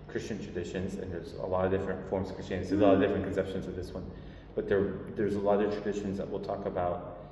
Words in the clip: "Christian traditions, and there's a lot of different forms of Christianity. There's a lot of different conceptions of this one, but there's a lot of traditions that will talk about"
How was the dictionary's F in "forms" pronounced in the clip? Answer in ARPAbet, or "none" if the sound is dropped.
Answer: F